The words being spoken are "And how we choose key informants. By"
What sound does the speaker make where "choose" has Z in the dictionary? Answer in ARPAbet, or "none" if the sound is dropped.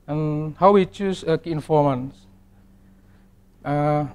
S